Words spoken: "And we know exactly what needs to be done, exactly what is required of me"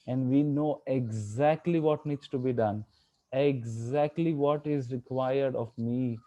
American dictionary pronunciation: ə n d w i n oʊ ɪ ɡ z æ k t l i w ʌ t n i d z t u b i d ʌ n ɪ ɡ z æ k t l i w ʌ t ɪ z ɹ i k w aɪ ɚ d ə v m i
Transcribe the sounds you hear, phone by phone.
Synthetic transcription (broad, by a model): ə n d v i n oʊ ɪ ɡ z æ k t l i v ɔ t n i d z t u b i d ʌ n ɪ ɡ z æ k t l i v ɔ t ɪ z ɹ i k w aɪ ɚ d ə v m i